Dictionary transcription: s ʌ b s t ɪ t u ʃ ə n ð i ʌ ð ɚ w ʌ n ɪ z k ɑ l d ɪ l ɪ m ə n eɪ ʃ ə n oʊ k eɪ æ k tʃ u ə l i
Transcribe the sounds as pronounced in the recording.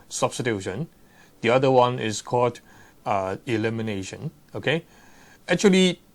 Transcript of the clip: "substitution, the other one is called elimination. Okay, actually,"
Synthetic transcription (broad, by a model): s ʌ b s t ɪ t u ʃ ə n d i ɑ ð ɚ w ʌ n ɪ s k ɑ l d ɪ l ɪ m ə n eɪ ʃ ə n oʊ k eɪ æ k tʃ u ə l i